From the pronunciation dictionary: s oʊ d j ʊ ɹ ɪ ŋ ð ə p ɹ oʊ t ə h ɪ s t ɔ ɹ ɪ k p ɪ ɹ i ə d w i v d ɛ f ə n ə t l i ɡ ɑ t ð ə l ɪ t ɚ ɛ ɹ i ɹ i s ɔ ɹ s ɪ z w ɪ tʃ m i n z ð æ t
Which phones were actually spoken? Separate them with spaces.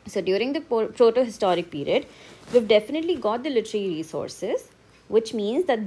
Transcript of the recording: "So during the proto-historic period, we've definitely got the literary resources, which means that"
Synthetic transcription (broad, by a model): s oʊ d j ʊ ɹ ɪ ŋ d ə p ɹ oʊ t ə h ɪ s t ɔ ɹ ɪ k p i ɹ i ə d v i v d ɛ f ə n ə t l i ɡ ɑ t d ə l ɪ t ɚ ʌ l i ɹ i s ɔ ɹ s ɪ z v ɪ tʃ m i n z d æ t